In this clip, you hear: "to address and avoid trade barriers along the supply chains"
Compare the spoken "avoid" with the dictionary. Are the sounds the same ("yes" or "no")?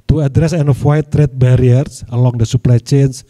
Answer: no